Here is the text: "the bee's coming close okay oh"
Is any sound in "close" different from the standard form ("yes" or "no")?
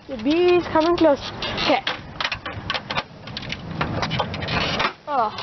no